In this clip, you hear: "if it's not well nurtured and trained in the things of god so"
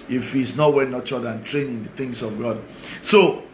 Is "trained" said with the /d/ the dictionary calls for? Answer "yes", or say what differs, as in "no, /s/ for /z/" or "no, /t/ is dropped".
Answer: no, /d/ is dropped